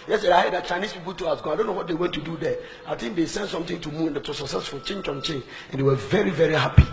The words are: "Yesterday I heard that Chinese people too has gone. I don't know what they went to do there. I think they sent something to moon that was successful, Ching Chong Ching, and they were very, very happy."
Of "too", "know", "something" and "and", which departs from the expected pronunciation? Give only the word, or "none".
something